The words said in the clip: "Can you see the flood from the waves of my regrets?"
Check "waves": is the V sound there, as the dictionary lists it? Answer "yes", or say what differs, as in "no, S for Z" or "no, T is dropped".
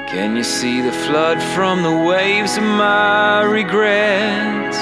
yes